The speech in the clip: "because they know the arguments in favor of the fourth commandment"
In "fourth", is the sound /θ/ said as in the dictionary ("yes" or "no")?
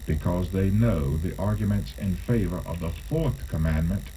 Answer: yes